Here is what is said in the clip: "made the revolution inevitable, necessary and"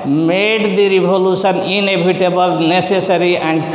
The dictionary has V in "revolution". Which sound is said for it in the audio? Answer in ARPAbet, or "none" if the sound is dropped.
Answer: B